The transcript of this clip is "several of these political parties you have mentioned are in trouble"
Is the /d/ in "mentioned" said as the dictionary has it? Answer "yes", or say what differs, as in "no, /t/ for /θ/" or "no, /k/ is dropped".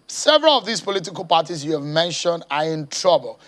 yes